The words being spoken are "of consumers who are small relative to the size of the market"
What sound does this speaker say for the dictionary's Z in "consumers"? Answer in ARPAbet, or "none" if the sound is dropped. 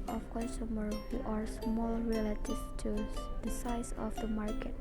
none